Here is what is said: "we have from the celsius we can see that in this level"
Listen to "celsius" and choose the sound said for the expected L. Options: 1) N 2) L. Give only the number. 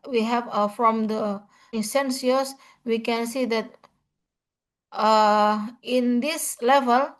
1